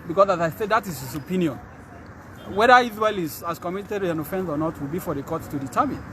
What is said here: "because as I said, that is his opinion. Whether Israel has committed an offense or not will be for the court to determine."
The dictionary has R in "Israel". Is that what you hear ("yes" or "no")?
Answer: no